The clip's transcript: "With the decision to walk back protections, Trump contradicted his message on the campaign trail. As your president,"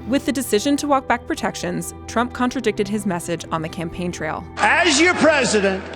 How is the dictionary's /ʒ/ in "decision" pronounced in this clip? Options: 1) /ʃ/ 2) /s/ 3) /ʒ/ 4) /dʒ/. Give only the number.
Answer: 3